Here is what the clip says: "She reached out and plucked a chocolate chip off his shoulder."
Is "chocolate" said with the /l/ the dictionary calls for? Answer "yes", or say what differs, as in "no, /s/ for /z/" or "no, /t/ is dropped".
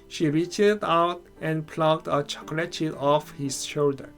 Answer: yes